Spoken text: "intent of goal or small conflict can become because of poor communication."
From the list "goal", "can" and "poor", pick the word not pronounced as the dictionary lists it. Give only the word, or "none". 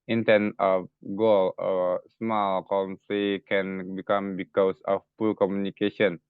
poor